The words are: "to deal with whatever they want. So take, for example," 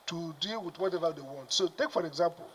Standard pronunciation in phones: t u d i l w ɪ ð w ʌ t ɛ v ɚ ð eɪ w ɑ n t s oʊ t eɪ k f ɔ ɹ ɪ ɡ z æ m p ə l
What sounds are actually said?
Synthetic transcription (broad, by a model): t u d i l w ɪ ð w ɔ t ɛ v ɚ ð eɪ w ɑ n t s oʊ t eɪ k f ɔ ɹ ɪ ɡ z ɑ m p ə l